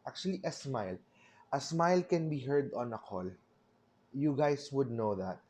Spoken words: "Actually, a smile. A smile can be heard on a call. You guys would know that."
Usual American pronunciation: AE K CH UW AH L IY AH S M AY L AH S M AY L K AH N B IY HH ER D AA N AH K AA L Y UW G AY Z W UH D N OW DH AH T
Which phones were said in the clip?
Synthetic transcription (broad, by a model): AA K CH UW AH L IY AH S M AY L AH S M AY L K AH N B IY HH ER D AA N AH K AA L Y UW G AY S W UH D N OW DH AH T